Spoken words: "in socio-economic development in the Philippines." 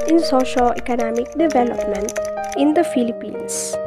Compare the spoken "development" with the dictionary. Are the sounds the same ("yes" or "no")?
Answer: yes